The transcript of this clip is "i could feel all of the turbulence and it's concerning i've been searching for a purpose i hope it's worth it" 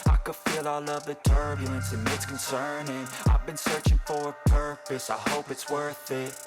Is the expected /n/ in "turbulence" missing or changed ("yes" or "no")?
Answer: no